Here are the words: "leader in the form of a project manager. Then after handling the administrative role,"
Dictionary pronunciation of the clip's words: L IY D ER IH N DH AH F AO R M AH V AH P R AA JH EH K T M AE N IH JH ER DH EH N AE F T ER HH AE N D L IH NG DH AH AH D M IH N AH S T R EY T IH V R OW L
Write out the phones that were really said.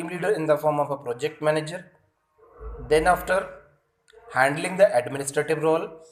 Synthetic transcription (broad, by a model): L IY D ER IH N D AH F AO R M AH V AH P R AA JH EH K T M AE N IH JH ER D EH N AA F T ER HH AE N D L IH NG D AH AH D M IH N AH S T R EY T IH V R OW L